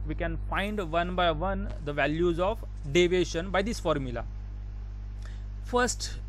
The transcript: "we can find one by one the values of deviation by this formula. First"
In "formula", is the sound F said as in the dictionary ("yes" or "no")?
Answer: yes